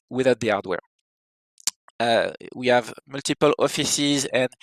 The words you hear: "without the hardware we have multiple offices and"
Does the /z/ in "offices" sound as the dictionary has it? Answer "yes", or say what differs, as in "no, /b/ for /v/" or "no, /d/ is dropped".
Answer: yes